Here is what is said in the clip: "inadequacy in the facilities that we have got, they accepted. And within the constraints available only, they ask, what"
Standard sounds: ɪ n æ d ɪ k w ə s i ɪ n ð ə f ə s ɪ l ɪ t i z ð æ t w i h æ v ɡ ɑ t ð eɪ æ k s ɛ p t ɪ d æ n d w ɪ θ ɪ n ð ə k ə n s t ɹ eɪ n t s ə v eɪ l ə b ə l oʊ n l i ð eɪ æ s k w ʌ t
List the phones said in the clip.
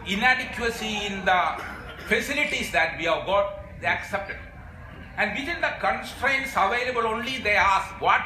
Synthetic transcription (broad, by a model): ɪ n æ d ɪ k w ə s i ɪ n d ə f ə s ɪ l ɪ t i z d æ t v i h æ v ɡ ɑ t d eɪ æ k s ɛ p t ɪ d æ n d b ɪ t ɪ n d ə k ə n s t ɹ eɪ n t s ə v eɪ l ə b ə l oʊ n l i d eɪ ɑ s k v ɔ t